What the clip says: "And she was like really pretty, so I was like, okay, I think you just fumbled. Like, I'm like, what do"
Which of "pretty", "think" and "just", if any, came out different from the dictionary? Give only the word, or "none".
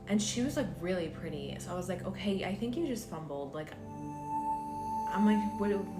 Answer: none